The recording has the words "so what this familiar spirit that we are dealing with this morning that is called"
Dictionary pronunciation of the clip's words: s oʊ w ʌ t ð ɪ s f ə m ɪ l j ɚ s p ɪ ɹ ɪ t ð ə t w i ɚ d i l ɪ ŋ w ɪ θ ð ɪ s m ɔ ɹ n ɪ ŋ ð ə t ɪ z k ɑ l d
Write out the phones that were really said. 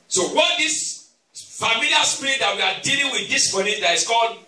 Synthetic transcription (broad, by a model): s oʊ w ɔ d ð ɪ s f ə m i l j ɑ s p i ɹ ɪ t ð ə t w i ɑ d i l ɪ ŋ w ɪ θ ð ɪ s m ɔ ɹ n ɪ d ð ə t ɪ s k ɑ l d